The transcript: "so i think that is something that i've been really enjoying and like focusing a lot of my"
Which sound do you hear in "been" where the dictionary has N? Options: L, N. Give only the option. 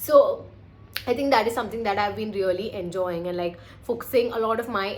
N